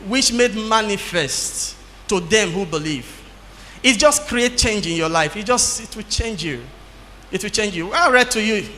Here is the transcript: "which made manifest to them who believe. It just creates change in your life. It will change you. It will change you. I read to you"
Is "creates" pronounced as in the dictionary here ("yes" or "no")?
no